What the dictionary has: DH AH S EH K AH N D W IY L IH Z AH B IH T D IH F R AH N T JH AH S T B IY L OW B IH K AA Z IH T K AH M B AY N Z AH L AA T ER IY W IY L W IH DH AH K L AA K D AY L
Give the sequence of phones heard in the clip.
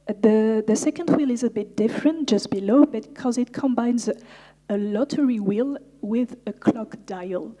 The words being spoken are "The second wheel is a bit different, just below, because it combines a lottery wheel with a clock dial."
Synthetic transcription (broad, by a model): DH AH S EH K AH N D W IY L IH Z AH B IH T D IH F R AH N T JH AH S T B IY L OW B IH K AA Z IH T K AH M B AY N Z AH L AA T ER IY W IY L W IH DH AH K L AA K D AY L